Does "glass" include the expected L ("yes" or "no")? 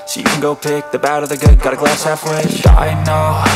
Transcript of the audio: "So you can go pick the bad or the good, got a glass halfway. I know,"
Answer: yes